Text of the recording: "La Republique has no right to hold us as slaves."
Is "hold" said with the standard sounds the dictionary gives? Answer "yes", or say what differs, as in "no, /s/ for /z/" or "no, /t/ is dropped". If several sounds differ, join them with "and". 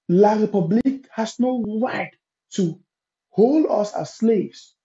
yes